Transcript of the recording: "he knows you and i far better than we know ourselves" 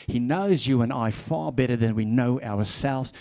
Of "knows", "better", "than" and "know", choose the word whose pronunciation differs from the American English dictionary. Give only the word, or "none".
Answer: none